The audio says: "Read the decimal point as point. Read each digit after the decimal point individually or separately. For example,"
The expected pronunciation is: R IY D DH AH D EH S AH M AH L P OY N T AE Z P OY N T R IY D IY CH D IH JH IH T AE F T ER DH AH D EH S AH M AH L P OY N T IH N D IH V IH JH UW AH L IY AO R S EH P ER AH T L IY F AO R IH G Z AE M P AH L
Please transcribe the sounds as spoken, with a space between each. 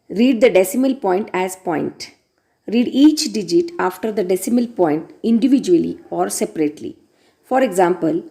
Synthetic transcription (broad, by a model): R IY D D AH D EH S AH M AH L P OY N T AE Z P OY N T R IY D IY CH D IH JH IH T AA F T ER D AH D EH S AH M AH L P OY N T IH N D IH V IH JH UW AH L IY AO R S EH P ER AH T L IY F AO R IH G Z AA M P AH L